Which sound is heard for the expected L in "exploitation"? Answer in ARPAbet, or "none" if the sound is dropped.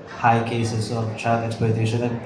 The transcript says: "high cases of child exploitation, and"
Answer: none